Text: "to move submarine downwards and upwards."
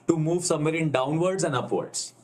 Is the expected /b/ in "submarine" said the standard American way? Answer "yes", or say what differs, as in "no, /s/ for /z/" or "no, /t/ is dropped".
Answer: no, /b/ is dropped